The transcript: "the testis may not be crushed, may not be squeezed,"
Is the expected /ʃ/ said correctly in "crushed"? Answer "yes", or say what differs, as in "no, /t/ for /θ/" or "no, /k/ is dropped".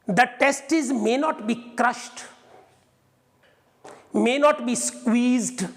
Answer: yes